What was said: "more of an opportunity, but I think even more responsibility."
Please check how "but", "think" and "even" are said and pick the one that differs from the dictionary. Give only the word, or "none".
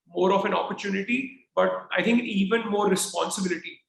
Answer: think